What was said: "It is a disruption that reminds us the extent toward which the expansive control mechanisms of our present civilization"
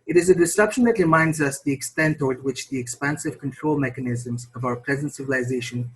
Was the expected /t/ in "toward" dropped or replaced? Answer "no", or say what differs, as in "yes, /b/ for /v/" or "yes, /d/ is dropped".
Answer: no